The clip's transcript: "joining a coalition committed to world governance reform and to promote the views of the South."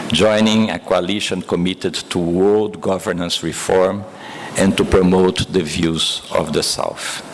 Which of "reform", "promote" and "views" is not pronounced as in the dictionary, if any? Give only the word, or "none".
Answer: none